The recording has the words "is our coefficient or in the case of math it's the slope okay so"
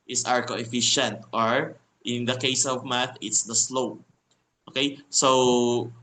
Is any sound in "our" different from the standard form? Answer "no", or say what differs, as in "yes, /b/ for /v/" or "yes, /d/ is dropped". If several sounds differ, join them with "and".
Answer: no